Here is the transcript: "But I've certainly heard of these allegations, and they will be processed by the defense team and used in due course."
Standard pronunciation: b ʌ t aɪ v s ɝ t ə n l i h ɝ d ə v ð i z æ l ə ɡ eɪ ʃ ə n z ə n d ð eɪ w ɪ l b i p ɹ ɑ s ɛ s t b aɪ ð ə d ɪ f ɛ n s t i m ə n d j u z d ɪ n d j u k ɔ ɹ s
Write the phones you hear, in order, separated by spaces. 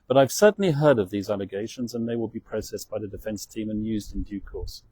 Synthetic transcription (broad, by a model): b ʌ t aɪ v s ɝ t n l i h ɝ d ə v ð i z æ l ə ɡ eɪ ʃ ə n z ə n ð eɪ w ɪ l b i p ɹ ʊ s ɛ s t b aɪ ð ə d ɪ f ɛ n s t i m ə n j u z d ɪ n d j u k ɔ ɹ s